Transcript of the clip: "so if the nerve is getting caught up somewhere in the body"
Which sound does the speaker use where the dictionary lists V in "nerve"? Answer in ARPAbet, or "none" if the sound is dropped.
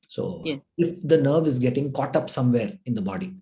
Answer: V